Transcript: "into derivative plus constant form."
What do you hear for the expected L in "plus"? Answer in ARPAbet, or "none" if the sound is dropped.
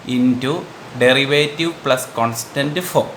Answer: L